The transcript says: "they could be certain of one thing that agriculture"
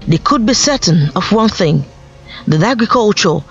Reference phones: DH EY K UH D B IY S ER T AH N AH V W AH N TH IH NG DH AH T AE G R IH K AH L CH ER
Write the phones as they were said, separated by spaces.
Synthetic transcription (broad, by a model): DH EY K UH D B IY S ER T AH N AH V W AH N TH IH NG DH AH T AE G R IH K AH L CH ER